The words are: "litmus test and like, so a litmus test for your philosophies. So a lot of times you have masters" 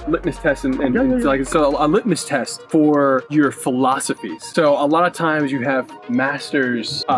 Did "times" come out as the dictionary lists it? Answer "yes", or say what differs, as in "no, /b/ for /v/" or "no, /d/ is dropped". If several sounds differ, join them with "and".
yes